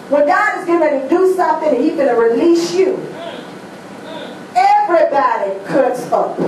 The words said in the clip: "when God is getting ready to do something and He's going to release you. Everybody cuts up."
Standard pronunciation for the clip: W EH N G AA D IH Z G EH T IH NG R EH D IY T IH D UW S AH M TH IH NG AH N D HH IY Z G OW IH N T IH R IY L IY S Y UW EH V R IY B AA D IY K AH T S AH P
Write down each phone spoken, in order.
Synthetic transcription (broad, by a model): W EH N G AA D IH Z G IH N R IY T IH D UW S AH M TH IH NG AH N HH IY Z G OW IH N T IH R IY L IY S Y UW EH V R IY B AA D IY K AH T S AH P